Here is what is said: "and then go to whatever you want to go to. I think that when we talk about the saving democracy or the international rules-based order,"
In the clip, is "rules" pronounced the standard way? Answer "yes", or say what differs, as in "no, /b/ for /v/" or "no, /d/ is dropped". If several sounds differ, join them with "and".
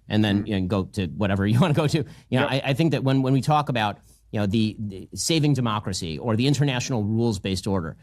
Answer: yes